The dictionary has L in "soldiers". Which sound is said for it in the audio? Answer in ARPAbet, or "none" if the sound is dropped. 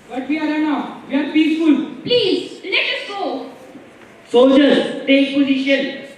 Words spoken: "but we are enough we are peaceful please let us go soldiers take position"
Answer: none